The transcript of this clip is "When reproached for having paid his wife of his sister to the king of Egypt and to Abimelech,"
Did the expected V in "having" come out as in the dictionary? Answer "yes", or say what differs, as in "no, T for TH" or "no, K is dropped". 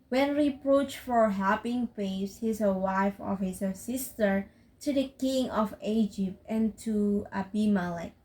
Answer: no, P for V